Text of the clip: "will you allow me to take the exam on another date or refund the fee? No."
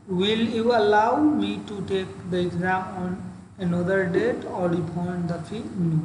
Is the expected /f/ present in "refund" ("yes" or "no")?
no